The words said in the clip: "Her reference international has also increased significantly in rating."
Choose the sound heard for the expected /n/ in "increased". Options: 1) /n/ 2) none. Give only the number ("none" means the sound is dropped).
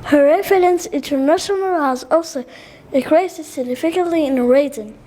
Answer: 2